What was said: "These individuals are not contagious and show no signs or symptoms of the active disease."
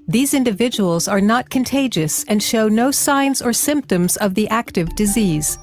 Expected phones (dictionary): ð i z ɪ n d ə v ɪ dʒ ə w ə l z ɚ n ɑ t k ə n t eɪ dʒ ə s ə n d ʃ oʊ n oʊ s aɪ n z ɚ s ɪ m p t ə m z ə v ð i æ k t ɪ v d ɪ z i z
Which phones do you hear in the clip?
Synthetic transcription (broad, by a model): ð i z ɪ n d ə v ɪ dʒ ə w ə l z ɚ n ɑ t k ə n t eɪ dʒ ə s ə n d ʃ oʊ n oʊ s aɪ n z ɚ s ɪ m p t ə m z ə v ð i æ k t ɪ v d ɪ z i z